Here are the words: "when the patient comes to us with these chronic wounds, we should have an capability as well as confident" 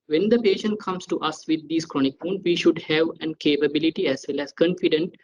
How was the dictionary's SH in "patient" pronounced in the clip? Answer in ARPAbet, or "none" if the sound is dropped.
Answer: SH